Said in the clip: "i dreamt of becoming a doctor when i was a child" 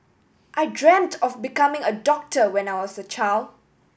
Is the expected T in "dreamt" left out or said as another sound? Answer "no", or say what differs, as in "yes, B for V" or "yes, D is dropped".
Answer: no